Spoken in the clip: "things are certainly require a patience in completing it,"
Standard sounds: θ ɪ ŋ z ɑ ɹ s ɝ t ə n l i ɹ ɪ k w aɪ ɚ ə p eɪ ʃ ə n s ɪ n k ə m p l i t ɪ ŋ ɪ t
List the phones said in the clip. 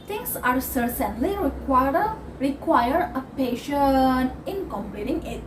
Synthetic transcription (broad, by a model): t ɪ ŋ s ɑ ɹ s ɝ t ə n l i ɹ ɪ k w aɪ ɚ ə p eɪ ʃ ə n ɪ n k ə m p l i t ɪ ŋ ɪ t